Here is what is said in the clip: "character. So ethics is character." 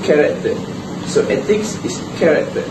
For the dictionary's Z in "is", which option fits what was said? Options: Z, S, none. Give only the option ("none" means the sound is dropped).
S